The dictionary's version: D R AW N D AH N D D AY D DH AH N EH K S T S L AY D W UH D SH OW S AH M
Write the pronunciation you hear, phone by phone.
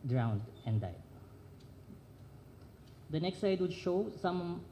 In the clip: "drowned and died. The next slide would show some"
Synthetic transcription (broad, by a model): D R AW N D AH N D D AY D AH N EH K S T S AY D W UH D SH OW S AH M